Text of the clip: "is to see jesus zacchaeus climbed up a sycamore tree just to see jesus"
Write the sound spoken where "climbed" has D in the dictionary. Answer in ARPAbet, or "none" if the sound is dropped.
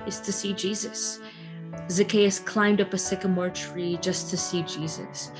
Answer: D